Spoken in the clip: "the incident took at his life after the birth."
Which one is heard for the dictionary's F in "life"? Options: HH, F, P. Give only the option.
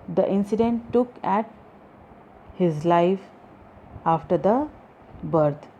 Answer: F